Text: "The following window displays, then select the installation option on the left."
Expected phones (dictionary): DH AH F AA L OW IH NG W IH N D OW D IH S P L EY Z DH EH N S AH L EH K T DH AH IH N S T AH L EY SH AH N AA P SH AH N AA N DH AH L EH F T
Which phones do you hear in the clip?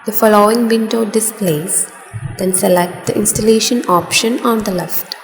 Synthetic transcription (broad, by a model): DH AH F AA L OW IH NG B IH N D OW D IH S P L EY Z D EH N S AH L EH K T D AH IH N S T AH L EY SH AH N AA P SH AH N AA N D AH L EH F T